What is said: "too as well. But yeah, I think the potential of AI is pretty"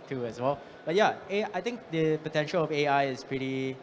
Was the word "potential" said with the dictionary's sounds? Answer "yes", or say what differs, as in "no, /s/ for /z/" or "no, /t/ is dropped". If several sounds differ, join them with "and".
yes